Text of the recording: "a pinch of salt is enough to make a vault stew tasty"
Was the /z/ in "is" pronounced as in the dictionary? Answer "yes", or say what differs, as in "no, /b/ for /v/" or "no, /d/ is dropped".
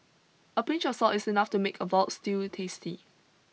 no, /s/ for /z/